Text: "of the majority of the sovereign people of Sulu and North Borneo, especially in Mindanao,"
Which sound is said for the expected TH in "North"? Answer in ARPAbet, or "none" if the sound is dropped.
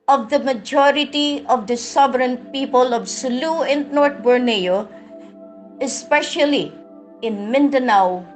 T